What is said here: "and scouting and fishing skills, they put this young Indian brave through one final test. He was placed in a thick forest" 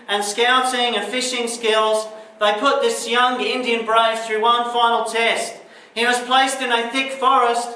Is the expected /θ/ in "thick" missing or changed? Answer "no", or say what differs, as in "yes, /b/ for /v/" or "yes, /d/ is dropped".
no